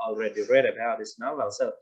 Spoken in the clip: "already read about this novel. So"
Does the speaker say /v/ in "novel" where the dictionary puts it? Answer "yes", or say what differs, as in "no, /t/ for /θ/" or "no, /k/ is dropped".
no, /v/ is dropped